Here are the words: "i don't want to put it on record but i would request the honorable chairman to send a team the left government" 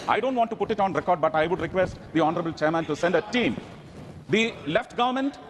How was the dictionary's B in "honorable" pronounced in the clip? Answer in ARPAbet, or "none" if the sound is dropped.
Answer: B